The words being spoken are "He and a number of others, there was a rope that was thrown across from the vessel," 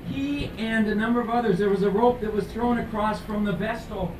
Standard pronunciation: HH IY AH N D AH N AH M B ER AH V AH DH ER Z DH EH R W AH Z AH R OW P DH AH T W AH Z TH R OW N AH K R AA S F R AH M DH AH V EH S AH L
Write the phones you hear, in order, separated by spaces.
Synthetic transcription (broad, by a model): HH IY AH N AH N AH M B ER AH V AH DH ER Z DH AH R W AH Z AH R OW P DH AH T W AH Z TH R OW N AH K R AA S F R AH M DH AH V EH S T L